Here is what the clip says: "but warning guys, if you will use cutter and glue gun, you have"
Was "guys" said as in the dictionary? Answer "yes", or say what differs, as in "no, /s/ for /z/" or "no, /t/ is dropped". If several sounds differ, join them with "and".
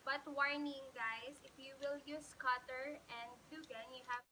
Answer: no, /s/ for /z/